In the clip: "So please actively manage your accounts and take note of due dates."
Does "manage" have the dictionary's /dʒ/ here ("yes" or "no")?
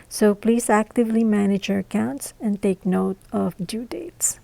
yes